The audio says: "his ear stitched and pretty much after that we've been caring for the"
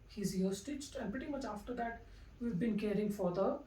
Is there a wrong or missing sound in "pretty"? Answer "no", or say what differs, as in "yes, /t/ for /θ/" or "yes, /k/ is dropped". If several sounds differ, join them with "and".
no